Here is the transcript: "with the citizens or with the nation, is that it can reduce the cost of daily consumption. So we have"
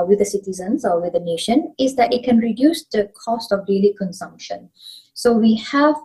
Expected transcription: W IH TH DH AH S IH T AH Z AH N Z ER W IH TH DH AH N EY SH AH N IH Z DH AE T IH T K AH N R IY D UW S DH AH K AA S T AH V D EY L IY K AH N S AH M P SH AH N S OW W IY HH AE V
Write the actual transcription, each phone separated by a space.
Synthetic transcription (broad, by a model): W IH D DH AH S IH T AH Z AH N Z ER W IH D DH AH N EY SH AH N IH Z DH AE T IH T K AH N R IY D UW S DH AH K AA S T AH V D EY L IY K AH N S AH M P SH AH N S OW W IY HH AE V